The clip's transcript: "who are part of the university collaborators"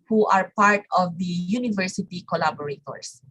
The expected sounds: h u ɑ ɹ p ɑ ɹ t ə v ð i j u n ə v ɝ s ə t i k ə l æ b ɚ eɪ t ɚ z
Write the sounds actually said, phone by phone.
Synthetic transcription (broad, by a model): h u ɑ ɹ p ɑ ɹ t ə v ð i j u n ə v ɝ s ə t i k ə l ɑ b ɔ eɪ t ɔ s